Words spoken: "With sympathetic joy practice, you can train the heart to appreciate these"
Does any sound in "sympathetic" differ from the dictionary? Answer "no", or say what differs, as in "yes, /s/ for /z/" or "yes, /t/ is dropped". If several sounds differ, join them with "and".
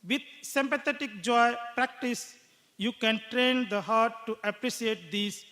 yes, /t/ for /θ/